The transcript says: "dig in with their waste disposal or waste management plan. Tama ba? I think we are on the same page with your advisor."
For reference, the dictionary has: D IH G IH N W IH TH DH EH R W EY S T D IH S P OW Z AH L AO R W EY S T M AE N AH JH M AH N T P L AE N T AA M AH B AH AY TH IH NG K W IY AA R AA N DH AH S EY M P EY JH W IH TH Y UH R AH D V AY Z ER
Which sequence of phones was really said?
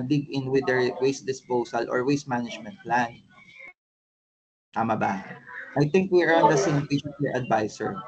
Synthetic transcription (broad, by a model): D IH G IH N W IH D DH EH R W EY S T D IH S P OW S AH L AO R W EY S T M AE N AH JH M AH N T P L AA N T AA M AH B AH AY T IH NG K W IY R AA N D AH S EY M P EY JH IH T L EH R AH D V AY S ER